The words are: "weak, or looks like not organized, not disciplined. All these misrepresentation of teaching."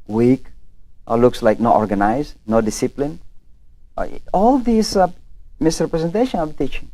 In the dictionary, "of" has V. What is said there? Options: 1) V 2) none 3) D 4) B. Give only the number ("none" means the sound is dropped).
4